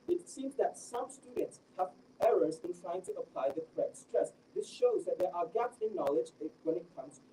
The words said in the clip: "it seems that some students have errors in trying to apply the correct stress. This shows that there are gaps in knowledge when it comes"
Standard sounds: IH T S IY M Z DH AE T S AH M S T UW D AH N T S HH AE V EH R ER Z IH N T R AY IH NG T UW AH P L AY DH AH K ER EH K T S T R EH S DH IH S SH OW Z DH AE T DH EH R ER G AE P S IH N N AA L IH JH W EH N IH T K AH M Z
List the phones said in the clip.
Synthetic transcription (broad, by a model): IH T S IY M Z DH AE T S AH M S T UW D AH N T S HH AE V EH R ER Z IH N T R AY IH NG T UW AH P L AY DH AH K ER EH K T S T R EH S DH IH S SH OW Z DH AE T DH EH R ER G AE P S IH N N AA L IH JH W EH N IH T K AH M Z